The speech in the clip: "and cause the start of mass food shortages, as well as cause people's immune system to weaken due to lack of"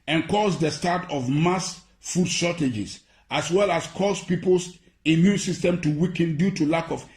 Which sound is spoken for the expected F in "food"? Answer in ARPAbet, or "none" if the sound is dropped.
F